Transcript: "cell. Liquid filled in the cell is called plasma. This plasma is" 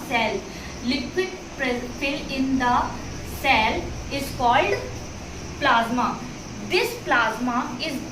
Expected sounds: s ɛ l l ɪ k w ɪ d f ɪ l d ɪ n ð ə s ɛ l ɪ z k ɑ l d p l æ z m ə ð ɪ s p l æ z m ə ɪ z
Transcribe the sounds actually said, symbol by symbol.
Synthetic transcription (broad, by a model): s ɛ l l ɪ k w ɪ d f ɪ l ɪ n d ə s ɛ l ɪ z k ɑ l d p l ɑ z m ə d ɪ s p l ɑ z m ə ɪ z